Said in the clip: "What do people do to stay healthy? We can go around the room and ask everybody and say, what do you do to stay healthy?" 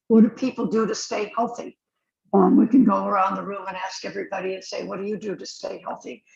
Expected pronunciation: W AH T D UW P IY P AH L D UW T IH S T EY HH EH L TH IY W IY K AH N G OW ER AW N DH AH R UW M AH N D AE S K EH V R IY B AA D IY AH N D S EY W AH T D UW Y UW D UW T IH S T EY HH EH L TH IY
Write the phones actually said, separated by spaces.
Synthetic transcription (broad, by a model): W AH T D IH P IY P L D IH T IH S T EY HH EH L TH IY W IY K AH N G OW ER AW N DH AH R UW M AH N AE S K EH V R IY B AA D IY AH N S EY W AH T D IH Y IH D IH T IH S T EY HH EH L TH IY